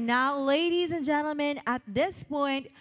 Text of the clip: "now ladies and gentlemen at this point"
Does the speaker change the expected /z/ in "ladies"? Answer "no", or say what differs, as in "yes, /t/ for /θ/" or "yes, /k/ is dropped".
no